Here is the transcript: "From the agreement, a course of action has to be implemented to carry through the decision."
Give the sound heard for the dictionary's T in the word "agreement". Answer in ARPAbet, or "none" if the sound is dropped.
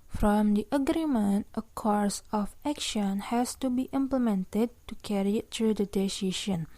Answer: T